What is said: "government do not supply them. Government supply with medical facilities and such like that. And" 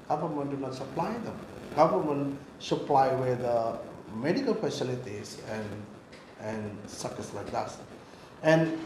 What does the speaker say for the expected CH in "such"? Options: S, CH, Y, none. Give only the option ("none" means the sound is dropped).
S